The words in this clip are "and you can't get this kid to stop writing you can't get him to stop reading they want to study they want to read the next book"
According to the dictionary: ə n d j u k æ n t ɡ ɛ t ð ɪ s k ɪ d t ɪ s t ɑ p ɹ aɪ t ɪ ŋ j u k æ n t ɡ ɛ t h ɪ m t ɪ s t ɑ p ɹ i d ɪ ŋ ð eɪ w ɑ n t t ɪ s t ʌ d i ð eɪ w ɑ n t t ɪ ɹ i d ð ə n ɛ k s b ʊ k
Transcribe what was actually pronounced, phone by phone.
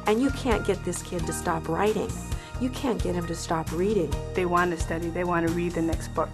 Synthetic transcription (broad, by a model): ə n j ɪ k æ n ɡ ɛ t ð ɪ s k ɪ d t ɪ s t ɑ p ɹ aɪ t ɪ ŋ j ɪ k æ n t ɡ ɛ t h ɪ m t ɪ s t ɑ p ɹ i d ɪ ŋ ð eɪ w ɑ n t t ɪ s t ʌ d i ð eɪ w ɑ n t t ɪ ɹ i d ð ə n ɛ k s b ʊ k